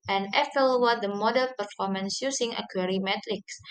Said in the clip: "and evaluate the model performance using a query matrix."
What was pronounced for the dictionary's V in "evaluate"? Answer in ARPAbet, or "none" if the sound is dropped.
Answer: F